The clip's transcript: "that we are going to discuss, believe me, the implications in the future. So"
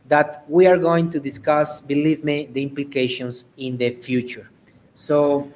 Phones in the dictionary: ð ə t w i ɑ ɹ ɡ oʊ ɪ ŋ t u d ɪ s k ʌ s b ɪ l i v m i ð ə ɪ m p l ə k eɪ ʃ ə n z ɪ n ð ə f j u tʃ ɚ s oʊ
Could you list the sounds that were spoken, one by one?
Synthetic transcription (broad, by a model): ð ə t w i ɑ ɹ ɡ oʊ ɪ ŋ t u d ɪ s k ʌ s b ɪ l i v m i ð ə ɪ m p l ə k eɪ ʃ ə n s ɪ n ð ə f j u tʃ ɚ s oʊ